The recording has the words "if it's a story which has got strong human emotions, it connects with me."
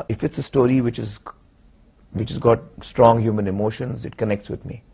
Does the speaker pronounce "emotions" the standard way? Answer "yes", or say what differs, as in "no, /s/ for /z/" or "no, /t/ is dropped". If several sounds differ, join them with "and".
yes